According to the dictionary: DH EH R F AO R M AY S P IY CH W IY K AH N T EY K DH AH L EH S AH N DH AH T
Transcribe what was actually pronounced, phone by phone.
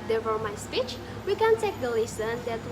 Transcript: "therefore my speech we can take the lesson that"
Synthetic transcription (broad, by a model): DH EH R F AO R M AY S P IY CH W IY K AH N T EY K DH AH L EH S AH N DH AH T